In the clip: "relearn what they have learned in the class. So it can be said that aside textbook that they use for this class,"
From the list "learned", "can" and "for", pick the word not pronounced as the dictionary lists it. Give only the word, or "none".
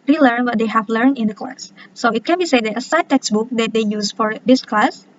learned